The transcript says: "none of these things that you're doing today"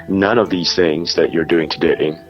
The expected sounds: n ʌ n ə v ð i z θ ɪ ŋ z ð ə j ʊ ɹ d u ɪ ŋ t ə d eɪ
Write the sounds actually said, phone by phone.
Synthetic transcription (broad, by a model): n ʌ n ə v ð i z θ ɪ ŋ z ð ə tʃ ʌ ɹ d u ɪ ŋ t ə d eɪ